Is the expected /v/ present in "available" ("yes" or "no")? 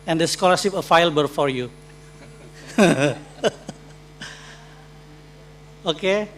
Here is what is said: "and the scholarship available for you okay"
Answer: no